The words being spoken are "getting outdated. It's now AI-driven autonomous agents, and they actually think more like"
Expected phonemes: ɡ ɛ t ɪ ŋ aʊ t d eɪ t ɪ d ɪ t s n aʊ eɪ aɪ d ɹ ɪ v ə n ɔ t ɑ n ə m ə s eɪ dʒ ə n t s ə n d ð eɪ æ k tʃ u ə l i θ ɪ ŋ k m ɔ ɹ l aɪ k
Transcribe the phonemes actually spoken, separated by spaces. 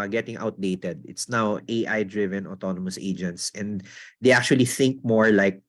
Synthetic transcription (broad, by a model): ɡ ɛ t ɪ ŋ aʊ t d eɪ t ɪ d ɪ t s n aʊ eɪ aɪ d ɹ ɪ v ə n ɔ t ɑ n ə m ə s eɪ dʒ ə n t s ə n d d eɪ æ k tʃ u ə l i θ ɪ ŋ k m ɔ ɹ l aɪ k